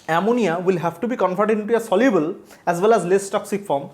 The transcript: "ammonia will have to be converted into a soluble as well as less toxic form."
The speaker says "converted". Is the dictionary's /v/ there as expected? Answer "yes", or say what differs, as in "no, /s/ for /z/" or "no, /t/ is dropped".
no, /f/ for /v/